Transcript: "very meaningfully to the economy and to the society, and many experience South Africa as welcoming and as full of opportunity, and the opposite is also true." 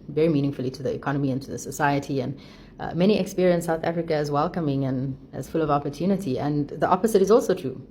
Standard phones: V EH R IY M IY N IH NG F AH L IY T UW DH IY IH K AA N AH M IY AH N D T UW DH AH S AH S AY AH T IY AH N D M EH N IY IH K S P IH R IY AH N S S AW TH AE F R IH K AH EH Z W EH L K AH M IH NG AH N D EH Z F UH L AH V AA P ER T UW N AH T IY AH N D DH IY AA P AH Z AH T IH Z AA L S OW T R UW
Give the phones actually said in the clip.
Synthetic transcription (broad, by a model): V EH R IY M IY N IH NG F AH L IY T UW DH IY IH K AA N AH M IY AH N T UW DH AH S AH S AY AH T IY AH N M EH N IY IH K S P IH R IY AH N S S AW TH AE F R IH K AH Z W EH L K AH M IH NG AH N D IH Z F UH L AH V AA P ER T UW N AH T IY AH N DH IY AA P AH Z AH T IH Z AA L S OW T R UW